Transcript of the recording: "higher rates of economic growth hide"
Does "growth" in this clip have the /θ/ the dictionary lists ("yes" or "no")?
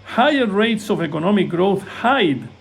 yes